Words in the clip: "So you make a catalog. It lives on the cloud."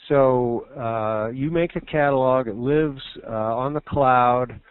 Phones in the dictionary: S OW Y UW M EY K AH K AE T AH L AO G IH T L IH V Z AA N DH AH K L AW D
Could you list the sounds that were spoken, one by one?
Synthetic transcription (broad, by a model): S OW Y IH M EY K AH K AE T AH L AO G IH T L IH V Z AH N DH AH K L AW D